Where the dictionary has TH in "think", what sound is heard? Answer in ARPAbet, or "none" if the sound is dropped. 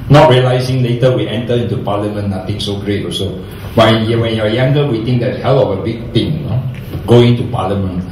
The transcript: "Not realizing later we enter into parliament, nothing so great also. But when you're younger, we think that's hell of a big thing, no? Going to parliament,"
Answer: T